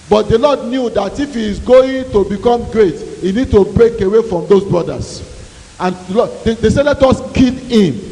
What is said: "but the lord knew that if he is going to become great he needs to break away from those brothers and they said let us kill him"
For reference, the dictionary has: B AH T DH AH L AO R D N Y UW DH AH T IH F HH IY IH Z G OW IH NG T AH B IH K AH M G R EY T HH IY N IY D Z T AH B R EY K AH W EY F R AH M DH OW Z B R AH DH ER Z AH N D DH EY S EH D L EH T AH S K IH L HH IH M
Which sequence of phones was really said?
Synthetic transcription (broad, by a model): B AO T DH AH L AO D N Y UW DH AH T IH F HH IY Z G OW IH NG T AH B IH K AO M G R EY T HH IY N IY D T AH B R EY K AH W EY F R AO M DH OW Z B R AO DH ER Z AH N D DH EY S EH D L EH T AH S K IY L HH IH M